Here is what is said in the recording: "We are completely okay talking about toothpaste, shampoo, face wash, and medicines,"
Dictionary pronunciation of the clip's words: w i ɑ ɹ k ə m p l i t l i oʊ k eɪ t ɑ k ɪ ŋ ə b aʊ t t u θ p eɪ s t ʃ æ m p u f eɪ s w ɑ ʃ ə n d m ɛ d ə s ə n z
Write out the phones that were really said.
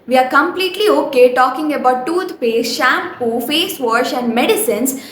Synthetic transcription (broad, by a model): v i ɑ ɹ k ə m p l i t l i oʊ k eɪ t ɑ k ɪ ŋ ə b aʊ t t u t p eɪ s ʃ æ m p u f eɪ s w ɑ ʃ ə n d m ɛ d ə s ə n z